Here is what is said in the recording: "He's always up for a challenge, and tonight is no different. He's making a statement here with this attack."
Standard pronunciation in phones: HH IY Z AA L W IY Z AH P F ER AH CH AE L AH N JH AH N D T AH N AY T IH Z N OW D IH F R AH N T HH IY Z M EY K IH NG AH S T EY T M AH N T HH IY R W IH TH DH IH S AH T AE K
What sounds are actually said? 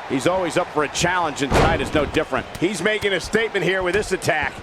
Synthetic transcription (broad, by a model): HH IY Z AA L W IY Z AH P F ER AH CH AE L AH N JH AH N T AH N AY T IH Z N OW D IH F R AH N T HH IY Z M EY K IH NG AH S T EY T M AH N T HH IY R W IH DH IH S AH T AE K